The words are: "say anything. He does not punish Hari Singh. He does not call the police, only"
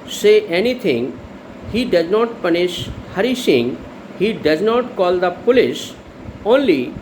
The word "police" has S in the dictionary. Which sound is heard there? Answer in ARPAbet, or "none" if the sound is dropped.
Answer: SH